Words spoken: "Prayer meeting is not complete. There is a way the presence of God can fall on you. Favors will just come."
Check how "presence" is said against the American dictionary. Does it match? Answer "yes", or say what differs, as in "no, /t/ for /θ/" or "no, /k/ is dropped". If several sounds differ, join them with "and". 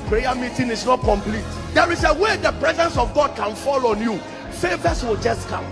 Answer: yes